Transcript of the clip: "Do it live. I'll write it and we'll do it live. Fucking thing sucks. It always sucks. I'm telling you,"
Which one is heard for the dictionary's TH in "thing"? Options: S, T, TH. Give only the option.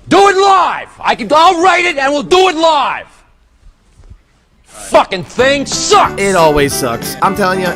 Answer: TH